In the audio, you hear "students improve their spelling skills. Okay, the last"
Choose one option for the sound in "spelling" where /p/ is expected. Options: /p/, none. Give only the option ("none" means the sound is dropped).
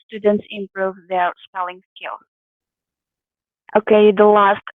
/p/